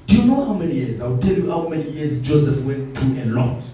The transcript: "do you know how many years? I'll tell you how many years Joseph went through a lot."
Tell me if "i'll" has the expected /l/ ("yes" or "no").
no